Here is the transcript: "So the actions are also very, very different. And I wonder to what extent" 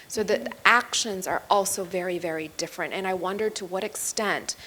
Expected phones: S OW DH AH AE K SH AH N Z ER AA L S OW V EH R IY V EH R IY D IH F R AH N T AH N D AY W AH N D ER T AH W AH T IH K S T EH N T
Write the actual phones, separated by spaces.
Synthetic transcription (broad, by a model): S OW DH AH AE K SH AH N Z ER AA L S OW V EH R IY V EH R IY D IH F R AH N T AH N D AY W AH N D ER T AH W AH T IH K S T EH N T